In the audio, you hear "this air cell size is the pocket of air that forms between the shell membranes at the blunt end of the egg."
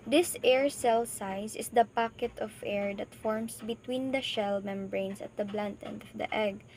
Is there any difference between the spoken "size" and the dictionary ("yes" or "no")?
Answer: yes